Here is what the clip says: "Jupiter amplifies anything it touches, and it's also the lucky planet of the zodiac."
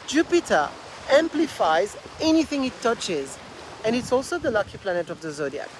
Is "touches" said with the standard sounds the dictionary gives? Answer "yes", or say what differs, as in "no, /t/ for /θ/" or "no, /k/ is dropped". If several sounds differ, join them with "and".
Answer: yes